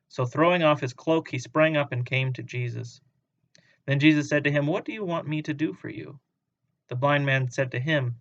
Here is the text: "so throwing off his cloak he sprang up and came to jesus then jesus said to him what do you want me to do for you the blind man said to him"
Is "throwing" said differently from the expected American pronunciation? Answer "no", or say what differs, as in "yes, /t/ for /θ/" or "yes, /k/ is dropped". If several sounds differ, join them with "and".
no